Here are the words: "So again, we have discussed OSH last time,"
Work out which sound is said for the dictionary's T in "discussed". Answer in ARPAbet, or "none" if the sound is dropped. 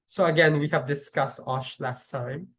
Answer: T